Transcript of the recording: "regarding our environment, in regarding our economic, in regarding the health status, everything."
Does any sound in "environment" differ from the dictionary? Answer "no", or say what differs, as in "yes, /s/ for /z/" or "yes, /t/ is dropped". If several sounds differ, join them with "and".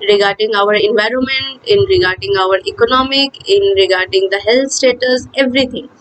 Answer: no